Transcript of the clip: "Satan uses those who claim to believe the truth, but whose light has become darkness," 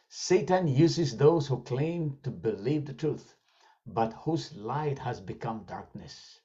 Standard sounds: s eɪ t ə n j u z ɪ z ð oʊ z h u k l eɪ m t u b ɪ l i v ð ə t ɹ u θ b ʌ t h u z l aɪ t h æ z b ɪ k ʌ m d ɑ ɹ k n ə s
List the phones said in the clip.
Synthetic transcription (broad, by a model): s eɪ t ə n j u z ɪ z ð oʊ z h u k l eɪ m t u b ɪ l i v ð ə t ɹ u θ b ʌ t h u z l aɪ t h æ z b ɪ k ʌ m d ɑ ɹ k n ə s